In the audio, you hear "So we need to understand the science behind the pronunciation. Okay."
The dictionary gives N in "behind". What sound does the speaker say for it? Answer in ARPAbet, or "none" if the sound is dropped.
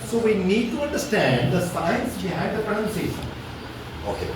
none